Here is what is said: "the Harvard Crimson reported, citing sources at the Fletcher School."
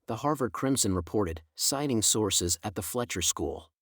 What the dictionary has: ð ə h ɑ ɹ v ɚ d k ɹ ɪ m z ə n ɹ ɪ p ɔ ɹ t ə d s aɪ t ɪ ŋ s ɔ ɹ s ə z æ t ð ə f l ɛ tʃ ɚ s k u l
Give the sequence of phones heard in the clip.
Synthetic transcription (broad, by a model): ð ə h ɑ ɹ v ɚ d k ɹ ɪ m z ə n ɹ ɪ p ɔ ɹ t ə d s aɪ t ɪ ŋ s ɔ ɹ s ə z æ t ð ə f l ɛ tʃ ɚ s k u l